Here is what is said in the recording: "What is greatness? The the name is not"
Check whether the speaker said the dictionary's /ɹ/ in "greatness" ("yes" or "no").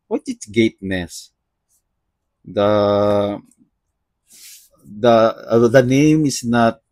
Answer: no